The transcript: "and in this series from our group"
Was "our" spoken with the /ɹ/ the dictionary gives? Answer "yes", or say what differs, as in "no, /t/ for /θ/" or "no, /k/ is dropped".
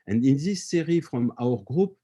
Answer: yes